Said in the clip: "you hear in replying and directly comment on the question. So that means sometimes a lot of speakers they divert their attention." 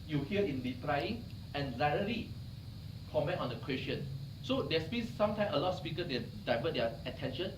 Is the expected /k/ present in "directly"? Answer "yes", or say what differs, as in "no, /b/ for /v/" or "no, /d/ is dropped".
no, /k/ is dropped